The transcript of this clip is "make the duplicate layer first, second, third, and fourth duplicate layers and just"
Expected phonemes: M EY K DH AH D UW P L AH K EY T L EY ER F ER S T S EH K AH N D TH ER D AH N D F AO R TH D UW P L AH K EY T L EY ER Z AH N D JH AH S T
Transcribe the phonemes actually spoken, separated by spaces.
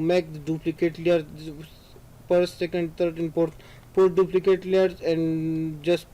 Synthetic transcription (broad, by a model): M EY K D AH D UW P L AH K EY T L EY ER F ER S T S EH K AH N D T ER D AH N D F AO R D D UW P L AH K EY T L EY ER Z AH N D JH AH S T